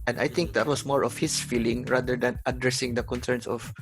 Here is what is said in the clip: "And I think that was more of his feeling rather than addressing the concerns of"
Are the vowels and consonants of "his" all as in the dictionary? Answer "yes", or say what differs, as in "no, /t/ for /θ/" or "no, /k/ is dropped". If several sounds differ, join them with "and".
no, /s/ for /z/